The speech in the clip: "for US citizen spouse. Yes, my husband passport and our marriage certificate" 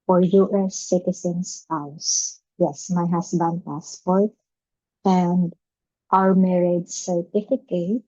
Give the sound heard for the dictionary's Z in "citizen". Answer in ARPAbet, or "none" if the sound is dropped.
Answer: S